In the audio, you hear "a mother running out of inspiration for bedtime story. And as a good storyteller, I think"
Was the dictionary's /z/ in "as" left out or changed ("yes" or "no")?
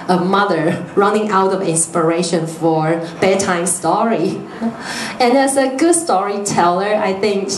yes